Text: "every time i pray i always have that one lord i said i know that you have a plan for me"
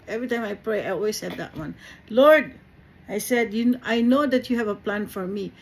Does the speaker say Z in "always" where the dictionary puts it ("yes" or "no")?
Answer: no